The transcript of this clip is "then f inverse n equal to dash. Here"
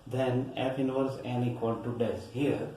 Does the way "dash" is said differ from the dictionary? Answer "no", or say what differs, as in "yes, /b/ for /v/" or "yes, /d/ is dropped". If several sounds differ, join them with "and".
yes, /s/ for /ʃ/